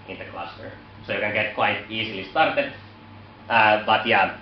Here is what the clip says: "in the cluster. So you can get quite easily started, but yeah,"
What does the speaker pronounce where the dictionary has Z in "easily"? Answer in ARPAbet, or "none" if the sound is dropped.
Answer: S